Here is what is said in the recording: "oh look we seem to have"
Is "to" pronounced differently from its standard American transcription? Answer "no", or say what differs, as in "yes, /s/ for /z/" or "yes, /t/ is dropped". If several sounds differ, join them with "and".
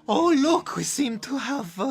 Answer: no